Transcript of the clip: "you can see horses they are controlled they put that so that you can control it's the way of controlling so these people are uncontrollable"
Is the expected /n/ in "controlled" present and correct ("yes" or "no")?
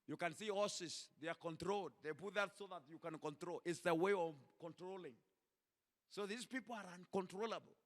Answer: yes